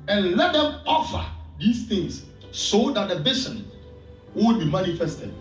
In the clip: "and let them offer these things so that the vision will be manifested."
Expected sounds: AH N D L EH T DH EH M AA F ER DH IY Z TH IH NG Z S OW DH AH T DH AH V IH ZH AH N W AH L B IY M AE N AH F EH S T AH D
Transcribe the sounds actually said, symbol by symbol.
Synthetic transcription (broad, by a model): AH N L EH T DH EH M AA F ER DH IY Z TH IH NG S S OW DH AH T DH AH B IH S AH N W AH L B IY M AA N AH F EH S T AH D